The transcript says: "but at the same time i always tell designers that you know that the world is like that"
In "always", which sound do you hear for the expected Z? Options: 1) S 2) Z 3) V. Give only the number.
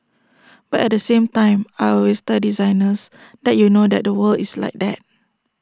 1